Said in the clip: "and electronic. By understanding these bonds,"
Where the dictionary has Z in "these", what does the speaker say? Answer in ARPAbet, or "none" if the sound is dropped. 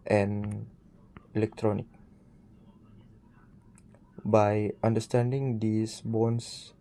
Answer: S